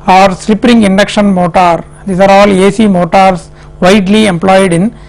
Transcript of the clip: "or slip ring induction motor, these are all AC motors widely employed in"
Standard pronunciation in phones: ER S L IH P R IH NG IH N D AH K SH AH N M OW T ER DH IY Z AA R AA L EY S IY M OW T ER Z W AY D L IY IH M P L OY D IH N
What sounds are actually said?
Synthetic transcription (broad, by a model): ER S L IH P R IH NG IH N D AH K SH AH N M OW T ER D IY S AA R AA L EY S IY M OW T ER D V AY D L IY IH M P L OY D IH N